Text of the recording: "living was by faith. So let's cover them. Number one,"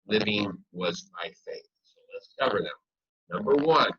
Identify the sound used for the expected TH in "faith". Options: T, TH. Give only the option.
TH